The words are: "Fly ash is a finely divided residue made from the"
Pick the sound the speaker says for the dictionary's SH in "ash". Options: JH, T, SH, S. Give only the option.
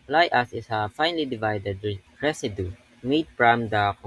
S